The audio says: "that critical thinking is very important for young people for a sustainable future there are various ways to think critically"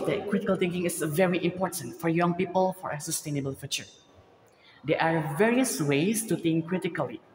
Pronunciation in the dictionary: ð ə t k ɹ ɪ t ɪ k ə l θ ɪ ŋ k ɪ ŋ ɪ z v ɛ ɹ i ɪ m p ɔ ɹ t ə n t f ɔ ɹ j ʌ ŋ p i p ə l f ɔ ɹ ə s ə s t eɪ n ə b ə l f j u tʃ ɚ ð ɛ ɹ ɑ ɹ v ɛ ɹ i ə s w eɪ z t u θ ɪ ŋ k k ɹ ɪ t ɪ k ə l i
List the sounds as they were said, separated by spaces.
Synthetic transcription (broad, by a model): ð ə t k ɹ ɪ t ɪ k ə l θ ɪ ŋ k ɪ ŋ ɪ s v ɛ ɹ i ɪ m p ɔ ɹ t ə n t f ɔ ɹ j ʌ ŋ p i p ə l f ɔ ɹ ə s ə s t eɪ n ə b ə l f j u tʃ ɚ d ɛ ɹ ɑ ɹ v ɛ ɹ i ə s w eɪ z t u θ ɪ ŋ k k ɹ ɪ t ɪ k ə l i